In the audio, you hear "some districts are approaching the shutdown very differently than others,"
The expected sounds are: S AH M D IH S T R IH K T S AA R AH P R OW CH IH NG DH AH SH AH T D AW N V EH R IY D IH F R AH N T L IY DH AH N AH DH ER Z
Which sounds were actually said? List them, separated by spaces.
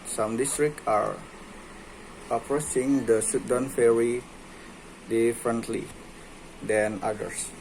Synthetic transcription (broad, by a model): S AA M D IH S T R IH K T AA R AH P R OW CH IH NG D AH S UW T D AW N F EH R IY D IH F R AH N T L IY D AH N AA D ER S